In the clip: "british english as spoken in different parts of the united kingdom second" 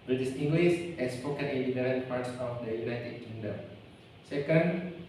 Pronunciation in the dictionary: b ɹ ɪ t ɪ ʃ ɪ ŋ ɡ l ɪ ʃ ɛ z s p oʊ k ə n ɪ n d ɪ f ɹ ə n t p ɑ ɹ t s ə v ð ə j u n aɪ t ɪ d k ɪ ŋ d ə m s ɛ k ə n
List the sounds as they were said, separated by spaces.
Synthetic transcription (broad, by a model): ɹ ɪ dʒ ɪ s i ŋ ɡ l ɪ s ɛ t s p oʊ k ə n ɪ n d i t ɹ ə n p ɑ ɹ t s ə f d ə j u n aɪ t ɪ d k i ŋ d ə m s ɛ k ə n